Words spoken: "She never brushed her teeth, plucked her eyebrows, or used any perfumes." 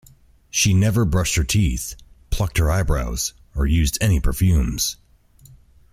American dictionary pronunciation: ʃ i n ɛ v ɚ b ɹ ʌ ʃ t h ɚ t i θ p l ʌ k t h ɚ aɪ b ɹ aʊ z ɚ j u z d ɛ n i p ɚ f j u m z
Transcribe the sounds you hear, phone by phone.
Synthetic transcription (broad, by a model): ʃ i n ɛ v ɚ b ɹ ʌ ʃ t h ɚ t i θ p l ʌ k t h ɚ aɪ b ɹ aʊ z ɚ j u z d ɛ n i p ɚ f j u m z